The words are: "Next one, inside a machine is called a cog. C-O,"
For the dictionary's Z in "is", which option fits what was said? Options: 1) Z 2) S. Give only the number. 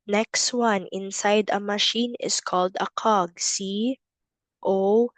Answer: 2